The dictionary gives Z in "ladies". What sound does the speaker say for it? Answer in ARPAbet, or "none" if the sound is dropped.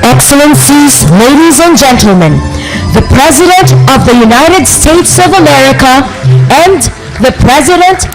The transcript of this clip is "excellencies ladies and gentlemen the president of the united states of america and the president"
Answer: Z